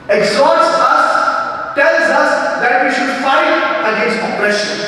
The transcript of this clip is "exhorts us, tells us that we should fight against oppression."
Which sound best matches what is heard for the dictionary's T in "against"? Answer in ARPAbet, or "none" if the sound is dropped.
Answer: none